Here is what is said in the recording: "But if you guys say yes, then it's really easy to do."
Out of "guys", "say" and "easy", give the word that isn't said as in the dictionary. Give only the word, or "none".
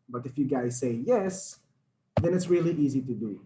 none